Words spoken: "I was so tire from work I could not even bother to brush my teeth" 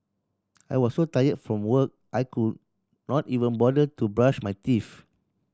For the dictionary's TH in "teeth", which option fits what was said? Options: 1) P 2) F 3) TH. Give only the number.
2